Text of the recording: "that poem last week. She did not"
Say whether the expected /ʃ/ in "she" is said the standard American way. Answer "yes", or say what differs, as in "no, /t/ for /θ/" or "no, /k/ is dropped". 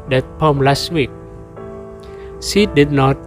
no, /s/ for /ʃ/